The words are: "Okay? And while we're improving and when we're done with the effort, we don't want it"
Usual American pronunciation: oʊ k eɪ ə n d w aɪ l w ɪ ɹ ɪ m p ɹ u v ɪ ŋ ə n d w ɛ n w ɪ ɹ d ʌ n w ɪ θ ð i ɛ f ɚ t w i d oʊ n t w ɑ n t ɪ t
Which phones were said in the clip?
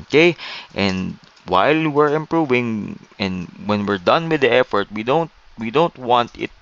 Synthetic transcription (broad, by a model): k eɪ ə n d w aɪ l w ɪ ɹ ɪ m p ɹ u v ɪ ŋ ə n d w ɛ n w ɪ ɹ d ʌ n w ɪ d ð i ɛ f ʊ t w i d oʊ n t w ɑ n t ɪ t